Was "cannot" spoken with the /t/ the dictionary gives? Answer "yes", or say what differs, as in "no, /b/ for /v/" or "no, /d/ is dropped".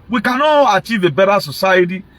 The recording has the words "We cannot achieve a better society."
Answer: no, /t/ is dropped